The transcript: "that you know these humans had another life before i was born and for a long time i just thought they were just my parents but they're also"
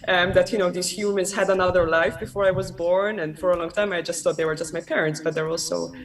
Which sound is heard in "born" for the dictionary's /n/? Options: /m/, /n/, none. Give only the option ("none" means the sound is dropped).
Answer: /n/